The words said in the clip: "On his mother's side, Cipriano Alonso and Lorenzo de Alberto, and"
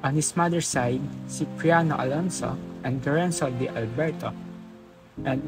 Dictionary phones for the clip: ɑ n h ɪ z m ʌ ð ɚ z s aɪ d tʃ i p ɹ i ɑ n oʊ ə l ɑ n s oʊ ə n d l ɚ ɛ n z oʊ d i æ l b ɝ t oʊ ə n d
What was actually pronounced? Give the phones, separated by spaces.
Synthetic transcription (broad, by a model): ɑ n h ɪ s m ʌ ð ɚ s aɪ d s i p ɹ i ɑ n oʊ ə l ɑ n s oʊ ə n d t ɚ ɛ n s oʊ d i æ l b ɝ t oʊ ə n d